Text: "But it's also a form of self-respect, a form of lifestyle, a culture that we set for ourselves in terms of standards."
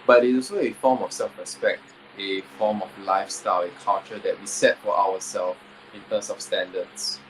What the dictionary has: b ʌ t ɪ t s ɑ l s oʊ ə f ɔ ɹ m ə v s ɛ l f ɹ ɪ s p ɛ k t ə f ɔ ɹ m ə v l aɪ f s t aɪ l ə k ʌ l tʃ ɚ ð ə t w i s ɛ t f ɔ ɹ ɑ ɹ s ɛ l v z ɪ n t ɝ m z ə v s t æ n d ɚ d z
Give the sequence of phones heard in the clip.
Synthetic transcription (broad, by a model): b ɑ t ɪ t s ɑ l s oʊ ə f ɔ m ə f s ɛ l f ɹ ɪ s p ɛ k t ə f ɔ m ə f l aɪ f s t aɪ l ə k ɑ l tʃ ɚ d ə t w i s ɛ t f ɔ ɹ ɑ w s ɛ l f ɪ n t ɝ m s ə f s t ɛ n d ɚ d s